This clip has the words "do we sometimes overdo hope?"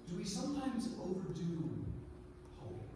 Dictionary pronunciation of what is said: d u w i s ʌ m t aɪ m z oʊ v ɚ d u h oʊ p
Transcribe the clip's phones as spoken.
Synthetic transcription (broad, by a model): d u w i s ʌ m t aɪ m z oʊ v ɚ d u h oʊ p